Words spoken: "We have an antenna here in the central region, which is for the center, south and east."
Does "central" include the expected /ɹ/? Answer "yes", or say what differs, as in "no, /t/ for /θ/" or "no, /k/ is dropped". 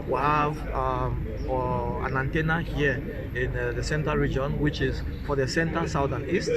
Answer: no, /ɹ/ is dropped